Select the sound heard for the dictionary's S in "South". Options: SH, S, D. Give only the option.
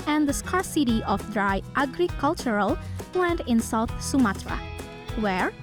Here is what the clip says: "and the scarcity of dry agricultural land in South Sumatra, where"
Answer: S